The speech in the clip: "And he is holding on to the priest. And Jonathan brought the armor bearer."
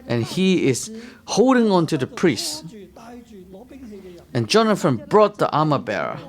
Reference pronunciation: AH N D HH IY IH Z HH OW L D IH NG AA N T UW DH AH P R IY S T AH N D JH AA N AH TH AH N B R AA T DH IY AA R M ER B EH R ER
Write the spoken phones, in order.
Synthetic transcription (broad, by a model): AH N HH IY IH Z HH OW L D IH NG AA N T UW DH AH P R IY S T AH N JH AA N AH F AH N B R AA T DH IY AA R M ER B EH R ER